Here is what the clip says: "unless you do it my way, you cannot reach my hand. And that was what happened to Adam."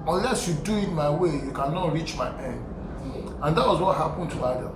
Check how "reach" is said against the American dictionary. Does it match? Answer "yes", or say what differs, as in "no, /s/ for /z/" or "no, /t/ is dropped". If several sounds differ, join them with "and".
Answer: yes